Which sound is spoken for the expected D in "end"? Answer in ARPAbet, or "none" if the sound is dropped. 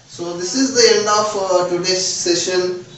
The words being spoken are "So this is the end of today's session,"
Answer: D